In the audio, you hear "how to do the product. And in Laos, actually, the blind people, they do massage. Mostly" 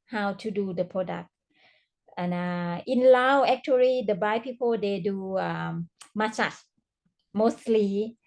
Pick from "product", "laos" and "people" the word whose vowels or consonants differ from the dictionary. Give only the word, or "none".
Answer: laos